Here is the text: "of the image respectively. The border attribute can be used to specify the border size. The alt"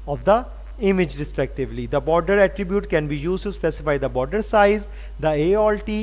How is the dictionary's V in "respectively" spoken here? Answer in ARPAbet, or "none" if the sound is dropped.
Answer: V